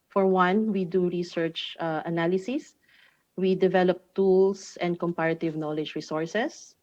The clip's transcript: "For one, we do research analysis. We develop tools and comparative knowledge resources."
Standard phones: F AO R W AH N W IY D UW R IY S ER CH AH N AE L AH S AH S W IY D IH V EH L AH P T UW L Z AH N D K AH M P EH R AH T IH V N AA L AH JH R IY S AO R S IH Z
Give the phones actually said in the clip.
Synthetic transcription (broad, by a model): F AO R W AH N W IY D UW R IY S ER CH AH N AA L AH S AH S W IY D IH V EH L AH P T UW L S AH N D K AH M P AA R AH T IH V N AA L AH JH R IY S AO R S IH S